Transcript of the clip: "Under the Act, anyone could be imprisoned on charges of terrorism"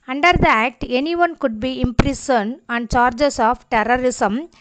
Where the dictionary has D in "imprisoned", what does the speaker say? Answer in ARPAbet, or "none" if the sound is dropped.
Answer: none